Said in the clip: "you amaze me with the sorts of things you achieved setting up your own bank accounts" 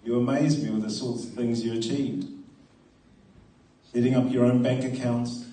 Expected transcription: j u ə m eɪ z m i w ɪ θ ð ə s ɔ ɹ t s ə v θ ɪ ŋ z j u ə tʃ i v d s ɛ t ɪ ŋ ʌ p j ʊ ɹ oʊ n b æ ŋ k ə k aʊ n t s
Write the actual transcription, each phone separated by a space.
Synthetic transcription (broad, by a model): j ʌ ə m eɪ z m i w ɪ ð ə s ɔ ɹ t s ə v θ ɪ ŋ z j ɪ ə tʃ i v d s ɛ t ɪ ŋ ʌ p j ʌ ɹ oʊ n b æ ŋ k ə k aʊ n t s